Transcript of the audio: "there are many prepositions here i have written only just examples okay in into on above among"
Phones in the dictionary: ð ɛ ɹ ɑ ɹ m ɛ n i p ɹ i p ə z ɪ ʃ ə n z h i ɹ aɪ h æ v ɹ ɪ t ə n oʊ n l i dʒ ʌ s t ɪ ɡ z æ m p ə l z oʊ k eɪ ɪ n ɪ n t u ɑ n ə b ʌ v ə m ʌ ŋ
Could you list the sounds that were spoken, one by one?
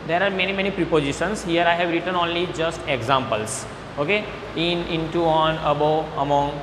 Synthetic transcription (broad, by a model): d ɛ ɹ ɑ ɹ m ɛ n i p ɹ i p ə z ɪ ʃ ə n s h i ɹ aɪ h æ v ɹ ɪ t ə n oʊ n l i dʒ ʌ s t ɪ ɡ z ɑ m p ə l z oʊ k eɪ ɪ n ɪ n t u ɑ n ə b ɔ ə m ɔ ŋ